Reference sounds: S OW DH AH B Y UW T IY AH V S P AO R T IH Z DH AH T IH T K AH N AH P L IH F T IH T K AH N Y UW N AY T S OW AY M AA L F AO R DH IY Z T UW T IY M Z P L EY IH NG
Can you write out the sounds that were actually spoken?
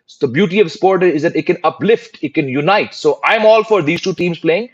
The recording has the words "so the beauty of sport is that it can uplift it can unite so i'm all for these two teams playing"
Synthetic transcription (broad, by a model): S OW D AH B Y UW T IY AH V S P AO R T IH Z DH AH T IH T K AH N AH P L IH F T IH T K AH N Y UW N AY T S OW AY M AA L F AO R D IY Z T UW T IY M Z P L EY IH NG